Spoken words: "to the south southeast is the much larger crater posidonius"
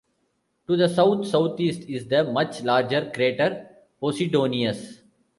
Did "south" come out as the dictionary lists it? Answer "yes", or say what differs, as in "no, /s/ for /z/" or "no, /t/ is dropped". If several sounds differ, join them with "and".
no, /t/ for /θ/